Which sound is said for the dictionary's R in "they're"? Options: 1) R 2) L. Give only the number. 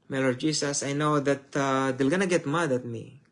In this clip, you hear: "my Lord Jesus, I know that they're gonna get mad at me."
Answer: 2